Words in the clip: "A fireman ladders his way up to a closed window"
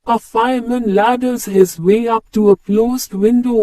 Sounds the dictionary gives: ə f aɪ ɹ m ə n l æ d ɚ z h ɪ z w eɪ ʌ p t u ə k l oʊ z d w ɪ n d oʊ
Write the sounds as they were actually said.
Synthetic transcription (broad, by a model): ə f aɪ m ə n l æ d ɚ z h ɪ z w eɪ ʌ p t u ə k l oʊ z d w ɪ n d oʊ